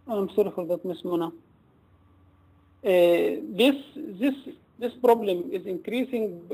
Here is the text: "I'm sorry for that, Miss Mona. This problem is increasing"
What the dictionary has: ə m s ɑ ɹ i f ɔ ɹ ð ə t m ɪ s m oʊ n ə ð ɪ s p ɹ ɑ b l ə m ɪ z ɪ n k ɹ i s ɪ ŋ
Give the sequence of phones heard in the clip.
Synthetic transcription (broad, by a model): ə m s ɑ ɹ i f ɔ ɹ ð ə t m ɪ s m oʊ n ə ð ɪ s p ɹ ɑ b l ə m ɪ z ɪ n k ɹ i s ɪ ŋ